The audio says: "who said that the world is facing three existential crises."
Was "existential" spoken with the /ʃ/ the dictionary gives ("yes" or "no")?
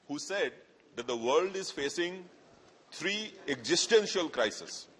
yes